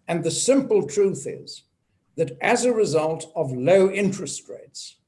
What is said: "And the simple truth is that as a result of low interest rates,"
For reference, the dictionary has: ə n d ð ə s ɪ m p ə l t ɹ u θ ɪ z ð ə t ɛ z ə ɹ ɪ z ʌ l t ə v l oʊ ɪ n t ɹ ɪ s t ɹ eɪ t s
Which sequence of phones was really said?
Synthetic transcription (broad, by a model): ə n ð ə s ɪ m p ə l t ɹ u θ ɪ z ð ə t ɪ z ə ɹ ɪ z ʌ l t ə v l oʊ ɪ n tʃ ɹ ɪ s t ɹ eɪ t s